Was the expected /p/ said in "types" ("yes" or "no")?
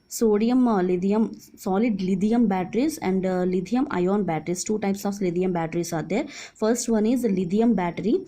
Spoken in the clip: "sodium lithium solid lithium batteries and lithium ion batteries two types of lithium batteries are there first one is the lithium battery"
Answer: yes